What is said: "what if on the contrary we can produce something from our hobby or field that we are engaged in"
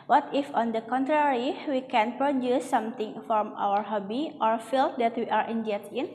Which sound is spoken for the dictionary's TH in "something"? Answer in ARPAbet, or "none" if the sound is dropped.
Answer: T